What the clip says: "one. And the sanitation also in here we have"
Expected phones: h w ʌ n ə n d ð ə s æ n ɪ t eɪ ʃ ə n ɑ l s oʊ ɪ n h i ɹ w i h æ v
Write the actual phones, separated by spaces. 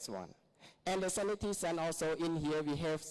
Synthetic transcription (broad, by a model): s w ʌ n ə n d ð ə s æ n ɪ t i s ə n ɑ l s oʊ ɪ n h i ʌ w i h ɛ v